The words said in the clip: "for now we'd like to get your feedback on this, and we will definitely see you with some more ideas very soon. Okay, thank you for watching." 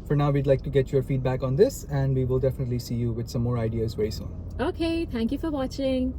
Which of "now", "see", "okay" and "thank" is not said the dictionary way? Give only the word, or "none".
thank